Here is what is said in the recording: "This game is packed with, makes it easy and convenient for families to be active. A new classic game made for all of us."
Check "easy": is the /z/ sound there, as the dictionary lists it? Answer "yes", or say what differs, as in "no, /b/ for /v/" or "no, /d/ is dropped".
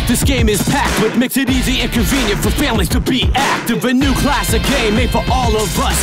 yes